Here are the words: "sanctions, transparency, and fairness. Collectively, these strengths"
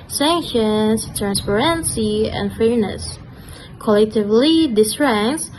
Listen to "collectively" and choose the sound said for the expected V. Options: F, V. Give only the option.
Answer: V